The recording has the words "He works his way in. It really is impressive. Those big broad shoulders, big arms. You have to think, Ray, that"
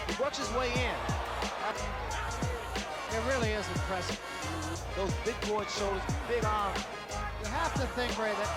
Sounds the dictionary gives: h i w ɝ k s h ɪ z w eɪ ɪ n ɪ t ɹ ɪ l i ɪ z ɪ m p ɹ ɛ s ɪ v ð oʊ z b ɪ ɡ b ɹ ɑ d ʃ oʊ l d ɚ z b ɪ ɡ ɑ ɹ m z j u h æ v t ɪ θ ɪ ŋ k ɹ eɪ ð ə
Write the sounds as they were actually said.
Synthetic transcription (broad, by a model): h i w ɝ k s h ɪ z w eɪ ɪ n ɪ t ɹ ɪ l i ɪ z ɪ p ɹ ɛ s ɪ ð oʊ z b ɪ ɡ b ɑ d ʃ oʊ l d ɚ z b ɪ ɡ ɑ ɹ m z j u h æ f t ɪ θ ɪ ŋ k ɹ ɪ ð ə